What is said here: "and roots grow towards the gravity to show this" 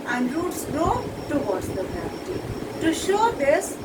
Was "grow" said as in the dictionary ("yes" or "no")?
no